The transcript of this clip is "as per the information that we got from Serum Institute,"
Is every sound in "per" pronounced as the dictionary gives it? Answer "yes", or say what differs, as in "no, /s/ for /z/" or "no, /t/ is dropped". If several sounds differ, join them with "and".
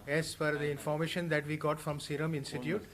no, /f/ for /p/